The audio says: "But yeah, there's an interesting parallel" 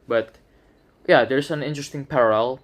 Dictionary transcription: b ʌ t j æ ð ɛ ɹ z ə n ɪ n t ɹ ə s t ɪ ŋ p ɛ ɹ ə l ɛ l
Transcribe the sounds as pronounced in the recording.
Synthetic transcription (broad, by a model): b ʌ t j æ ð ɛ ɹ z ə n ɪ n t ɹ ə s t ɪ ŋ p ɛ ɹ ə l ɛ l